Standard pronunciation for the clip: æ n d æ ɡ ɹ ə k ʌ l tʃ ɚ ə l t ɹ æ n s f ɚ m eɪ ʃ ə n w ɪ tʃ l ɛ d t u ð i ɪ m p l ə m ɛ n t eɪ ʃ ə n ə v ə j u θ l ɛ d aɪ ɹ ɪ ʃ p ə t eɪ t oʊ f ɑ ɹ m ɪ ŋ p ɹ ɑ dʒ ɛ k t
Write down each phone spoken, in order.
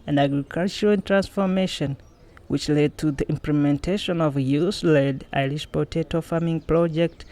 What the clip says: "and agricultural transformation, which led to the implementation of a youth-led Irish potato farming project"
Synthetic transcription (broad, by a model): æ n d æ ɡ ɹ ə k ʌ l tʃ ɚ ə n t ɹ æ n s f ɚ m eɪ ʃ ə n w ɪ tʃ l ɛ d t u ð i ɪ m p l ə m ɛ n t eɪ ʃ ə n ə v ə j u s l ɛ d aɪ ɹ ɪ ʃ p ə t eɪ t oʊ f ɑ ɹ m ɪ ŋ p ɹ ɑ dʒ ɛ k t